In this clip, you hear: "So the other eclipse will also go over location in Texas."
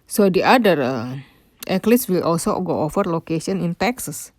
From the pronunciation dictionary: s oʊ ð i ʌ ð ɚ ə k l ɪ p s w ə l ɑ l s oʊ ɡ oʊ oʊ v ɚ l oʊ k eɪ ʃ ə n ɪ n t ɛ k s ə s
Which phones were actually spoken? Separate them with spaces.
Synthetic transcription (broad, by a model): s oʊ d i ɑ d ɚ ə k l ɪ s w ə l ɑ l s oʊ ɡ oʊ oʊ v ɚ l oʊ k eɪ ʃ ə n ɪ n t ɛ k s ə s